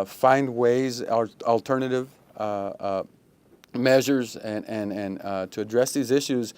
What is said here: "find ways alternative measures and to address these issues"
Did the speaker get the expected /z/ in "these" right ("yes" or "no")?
yes